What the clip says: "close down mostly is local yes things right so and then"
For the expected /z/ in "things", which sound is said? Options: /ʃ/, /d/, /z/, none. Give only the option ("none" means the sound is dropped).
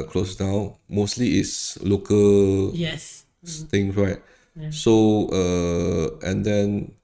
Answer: none